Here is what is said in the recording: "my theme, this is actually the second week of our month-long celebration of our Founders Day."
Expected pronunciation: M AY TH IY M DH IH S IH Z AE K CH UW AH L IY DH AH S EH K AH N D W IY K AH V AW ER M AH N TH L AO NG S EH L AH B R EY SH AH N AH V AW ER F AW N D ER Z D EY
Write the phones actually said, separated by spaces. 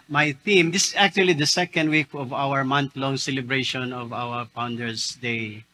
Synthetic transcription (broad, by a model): M AY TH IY M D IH S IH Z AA K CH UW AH L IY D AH S EH K AH N D W IY K AH V AW ER M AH N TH L AO NG S EH L AH B R EY SH AH N AH V AW ER P AW N D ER S D EY